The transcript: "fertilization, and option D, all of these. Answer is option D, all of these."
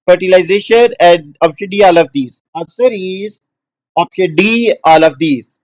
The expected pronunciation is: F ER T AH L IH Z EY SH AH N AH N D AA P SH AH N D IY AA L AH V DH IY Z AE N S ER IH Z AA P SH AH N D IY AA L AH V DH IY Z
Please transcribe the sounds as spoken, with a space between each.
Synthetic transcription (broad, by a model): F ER T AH L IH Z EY SH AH N AH N D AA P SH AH D IY AA L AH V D IY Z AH S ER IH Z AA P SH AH D IY AA L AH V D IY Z